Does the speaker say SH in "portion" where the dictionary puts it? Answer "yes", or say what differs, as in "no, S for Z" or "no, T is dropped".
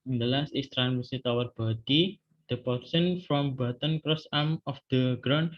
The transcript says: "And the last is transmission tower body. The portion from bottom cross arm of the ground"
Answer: no, S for SH